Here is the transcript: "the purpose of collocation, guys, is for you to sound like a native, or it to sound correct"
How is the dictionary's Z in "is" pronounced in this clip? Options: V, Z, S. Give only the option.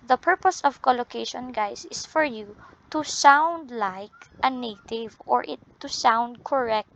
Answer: S